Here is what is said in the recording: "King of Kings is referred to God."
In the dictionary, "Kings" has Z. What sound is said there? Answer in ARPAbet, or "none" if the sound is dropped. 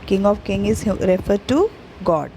none